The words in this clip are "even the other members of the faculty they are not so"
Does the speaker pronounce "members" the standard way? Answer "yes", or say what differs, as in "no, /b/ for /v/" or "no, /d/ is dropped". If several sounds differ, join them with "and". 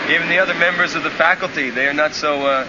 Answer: yes